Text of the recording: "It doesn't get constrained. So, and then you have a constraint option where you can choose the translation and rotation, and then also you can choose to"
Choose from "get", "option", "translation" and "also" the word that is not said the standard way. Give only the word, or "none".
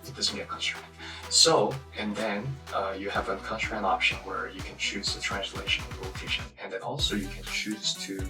translation